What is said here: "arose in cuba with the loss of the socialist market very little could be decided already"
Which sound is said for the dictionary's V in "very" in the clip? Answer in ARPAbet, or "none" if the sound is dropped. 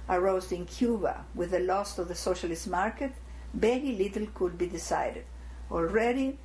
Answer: B